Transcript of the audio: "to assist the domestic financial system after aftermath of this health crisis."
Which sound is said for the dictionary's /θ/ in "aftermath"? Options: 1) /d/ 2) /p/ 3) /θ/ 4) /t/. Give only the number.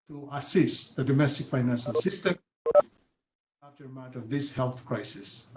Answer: 4